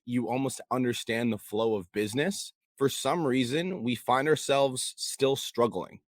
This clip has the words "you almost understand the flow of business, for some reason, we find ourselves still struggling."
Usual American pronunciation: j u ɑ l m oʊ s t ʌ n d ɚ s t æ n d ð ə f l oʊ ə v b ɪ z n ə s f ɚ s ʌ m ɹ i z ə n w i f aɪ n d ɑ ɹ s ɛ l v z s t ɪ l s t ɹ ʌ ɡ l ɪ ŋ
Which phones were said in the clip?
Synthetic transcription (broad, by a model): j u ɑ l m oʊ s t ʌ n d ɚ s t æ n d ð ə f l oʊ ə v b ɪ z n ə s f ɚ s ʌ m ɹ i z ə n w i f aɪ n d ɑ ɹ s ɛ l v z s t ɪ l s t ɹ ʌ ɡ l ɪ ŋ